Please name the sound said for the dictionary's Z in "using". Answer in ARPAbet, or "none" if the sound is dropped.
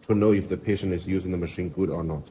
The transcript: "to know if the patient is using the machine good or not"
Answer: Z